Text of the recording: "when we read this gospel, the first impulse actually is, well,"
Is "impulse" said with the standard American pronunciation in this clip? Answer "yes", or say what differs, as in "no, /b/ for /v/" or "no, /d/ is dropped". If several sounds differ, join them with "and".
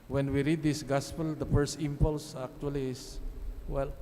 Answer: yes